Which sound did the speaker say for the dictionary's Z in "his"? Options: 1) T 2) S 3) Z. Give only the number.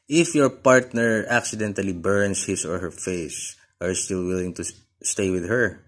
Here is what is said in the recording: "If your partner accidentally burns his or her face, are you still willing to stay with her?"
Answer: 2